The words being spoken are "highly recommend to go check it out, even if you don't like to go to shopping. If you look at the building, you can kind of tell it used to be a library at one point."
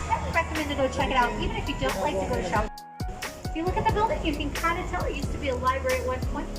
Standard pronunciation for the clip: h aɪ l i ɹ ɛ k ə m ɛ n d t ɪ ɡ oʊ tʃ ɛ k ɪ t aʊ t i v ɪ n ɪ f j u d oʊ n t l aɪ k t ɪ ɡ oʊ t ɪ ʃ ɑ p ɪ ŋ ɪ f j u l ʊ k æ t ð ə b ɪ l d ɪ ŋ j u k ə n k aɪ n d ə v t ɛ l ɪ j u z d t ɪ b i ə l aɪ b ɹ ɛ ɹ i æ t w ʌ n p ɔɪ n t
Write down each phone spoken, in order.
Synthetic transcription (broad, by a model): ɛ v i ɹ ɛ k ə m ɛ n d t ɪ ɡ oʊ tʃ ɛ k ɪ t aʊ t i v ɪ n ɪ f j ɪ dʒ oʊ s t l aɪ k t ɪ ɡ oʊ t ɪ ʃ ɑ ɪ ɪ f j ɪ l ʊ k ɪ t ð ə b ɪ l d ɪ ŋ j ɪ k ə n k aɪ n d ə t ɛ l ɪ j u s t ɪ b i ə l aɪ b ɹ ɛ i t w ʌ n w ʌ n